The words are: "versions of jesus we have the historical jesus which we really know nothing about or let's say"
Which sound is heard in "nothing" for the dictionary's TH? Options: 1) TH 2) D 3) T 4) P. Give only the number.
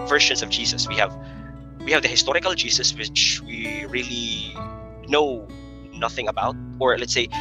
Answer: 1